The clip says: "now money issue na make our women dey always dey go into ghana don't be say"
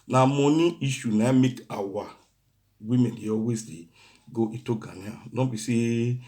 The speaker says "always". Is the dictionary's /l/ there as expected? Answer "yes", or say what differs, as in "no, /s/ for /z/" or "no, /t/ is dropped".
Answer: no, /l/ is dropped